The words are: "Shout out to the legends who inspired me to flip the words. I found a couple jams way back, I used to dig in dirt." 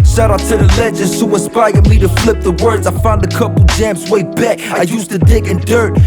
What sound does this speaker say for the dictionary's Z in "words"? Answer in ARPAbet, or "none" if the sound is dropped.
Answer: Z